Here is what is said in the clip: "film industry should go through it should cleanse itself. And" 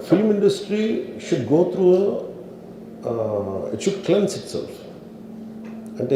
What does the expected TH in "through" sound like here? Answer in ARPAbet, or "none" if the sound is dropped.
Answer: T